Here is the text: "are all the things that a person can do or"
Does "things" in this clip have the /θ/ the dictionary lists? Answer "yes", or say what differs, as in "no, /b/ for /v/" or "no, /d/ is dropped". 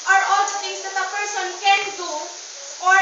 no, /t/ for /θ/